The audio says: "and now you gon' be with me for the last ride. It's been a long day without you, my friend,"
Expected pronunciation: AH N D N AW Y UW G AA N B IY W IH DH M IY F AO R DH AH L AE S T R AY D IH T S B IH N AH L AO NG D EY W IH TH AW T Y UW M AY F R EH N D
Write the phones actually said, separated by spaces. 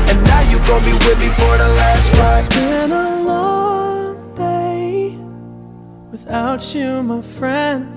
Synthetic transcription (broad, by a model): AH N N AW Y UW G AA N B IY W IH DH M IY F AO R DH AH L AE S T W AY IH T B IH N AH L AO NG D EY W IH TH AW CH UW M AY F R EH N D